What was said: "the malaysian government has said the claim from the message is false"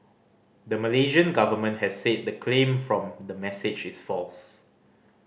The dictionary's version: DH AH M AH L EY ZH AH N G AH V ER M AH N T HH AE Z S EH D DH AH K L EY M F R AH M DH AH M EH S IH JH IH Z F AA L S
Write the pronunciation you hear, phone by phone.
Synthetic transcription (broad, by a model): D AH M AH L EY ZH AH N G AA V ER M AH N T HH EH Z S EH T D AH K L EY M F R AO M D AH M EH S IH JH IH S F AA L S